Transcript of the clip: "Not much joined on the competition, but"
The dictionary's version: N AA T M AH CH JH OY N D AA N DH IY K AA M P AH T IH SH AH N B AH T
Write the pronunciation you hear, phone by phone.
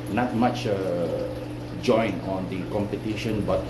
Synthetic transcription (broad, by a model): N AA T M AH CH JH OY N AA N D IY K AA M P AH T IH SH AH N B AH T